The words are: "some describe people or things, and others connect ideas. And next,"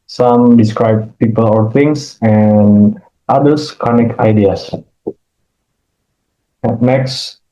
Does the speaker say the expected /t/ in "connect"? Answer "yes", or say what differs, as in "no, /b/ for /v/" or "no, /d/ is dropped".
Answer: no, /t/ is dropped